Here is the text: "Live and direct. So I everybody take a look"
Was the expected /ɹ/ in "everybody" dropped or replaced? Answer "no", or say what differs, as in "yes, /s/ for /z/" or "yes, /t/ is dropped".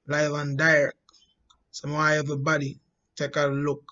yes, /ɹ/ is dropped